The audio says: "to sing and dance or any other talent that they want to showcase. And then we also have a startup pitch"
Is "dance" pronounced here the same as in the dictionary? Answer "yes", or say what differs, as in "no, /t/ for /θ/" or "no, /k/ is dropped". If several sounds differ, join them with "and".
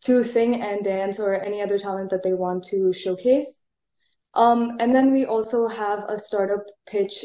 yes